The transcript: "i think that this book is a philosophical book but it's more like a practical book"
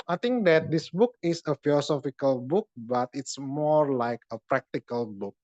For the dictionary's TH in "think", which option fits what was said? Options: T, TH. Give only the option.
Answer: T